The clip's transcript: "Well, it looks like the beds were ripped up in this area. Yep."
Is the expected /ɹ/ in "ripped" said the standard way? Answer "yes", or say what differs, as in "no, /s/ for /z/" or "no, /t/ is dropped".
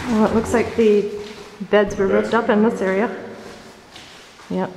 yes